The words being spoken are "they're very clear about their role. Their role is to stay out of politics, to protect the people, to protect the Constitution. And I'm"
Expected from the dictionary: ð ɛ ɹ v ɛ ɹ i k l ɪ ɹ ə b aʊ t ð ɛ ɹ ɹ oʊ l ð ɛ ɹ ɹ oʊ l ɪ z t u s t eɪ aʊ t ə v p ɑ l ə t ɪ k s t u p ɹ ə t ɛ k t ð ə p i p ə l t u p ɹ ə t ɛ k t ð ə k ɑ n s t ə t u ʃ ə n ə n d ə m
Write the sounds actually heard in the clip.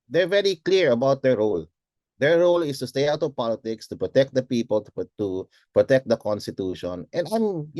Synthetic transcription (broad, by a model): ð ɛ ɹ v ɛ ɹ i k l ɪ ɹ ə b aʊ t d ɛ ɹ ɹ oʊ l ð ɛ ɹ ɹ oʊ l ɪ s t u s t eɪ aʊ t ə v p ɑ l ə t ɪ k s t u p ɹ ə t ɛ k t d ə p i p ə l t u p ɹ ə t ɛ k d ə k ɑ n s t ə t u ʃ ə n ə n d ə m